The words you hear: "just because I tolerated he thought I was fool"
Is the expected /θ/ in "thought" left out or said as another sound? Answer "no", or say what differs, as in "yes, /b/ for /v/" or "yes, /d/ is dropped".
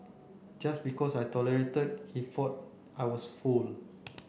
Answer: yes, /f/ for /θ/